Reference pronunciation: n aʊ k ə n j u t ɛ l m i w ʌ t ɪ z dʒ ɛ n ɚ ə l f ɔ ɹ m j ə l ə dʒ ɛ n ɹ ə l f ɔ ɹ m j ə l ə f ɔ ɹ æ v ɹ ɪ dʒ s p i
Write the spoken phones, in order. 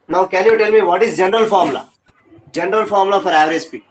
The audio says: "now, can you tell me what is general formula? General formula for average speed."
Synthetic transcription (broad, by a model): n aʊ k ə l j u t ɛ l m i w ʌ t ɪ z dʒ ɛ n ɚ ə l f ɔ ɹ m l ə dʒ ɛ n ɹ ə l f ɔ ɹ m l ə f ɔ ɹ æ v ɹ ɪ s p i